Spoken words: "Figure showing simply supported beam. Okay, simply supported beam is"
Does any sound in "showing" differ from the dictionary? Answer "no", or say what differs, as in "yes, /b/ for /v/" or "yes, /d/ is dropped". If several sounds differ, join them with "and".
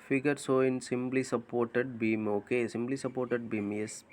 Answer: yes, /s/ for /ʃ/